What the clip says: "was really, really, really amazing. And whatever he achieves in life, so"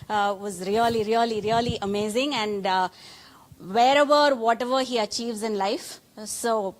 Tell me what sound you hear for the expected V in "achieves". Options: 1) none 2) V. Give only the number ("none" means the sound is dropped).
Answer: 2